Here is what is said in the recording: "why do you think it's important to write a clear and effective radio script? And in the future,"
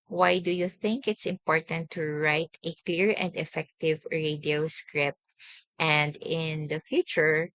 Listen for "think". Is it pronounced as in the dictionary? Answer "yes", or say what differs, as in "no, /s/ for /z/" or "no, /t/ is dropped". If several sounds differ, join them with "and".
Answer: yes